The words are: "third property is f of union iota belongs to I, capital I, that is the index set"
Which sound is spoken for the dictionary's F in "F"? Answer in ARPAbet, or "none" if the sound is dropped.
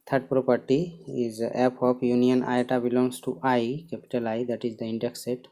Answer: P